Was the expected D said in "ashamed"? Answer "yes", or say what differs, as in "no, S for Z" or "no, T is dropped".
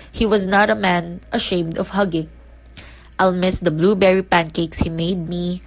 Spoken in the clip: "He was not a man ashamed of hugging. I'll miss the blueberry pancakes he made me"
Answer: yes